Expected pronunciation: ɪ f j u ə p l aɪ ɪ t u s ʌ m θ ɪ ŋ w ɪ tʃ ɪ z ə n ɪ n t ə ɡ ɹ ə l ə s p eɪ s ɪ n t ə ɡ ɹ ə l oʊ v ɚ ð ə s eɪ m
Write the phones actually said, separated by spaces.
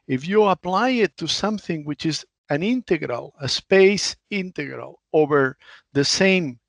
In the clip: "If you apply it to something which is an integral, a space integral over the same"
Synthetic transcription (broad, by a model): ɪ f j u ə p l aɪ ɪ t u s ʌ m θ ɪ ŋ w ɪ tʃ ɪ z ə n ɪ n t ə ɡ ɹ ə l ə s p eɪ s ɪ n t ə ɡ ɹ ə l oʊ v ɚ ð ə s eɪ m